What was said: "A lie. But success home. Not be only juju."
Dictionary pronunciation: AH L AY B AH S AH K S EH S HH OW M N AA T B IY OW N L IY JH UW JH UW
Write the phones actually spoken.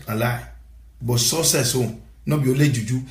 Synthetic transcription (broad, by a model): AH L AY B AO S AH S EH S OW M N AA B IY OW L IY JH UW JH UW